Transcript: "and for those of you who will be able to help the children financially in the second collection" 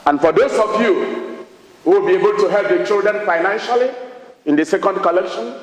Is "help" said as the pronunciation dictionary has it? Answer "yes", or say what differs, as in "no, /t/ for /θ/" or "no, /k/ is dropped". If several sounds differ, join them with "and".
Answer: yes